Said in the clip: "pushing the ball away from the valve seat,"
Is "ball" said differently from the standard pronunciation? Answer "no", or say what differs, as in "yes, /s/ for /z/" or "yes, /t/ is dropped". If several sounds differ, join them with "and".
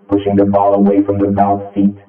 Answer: no